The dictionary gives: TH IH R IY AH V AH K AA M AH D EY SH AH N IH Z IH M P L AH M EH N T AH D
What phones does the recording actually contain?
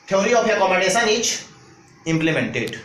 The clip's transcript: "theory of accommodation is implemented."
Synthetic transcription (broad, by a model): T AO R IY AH P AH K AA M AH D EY S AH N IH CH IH M P L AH M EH N T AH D